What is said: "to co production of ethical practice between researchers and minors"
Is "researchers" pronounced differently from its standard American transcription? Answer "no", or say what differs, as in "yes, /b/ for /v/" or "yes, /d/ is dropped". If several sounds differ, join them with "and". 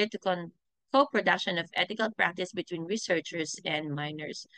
yes, /s/ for /z/